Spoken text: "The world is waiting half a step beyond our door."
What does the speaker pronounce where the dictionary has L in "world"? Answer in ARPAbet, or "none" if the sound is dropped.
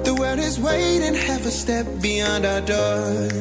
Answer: none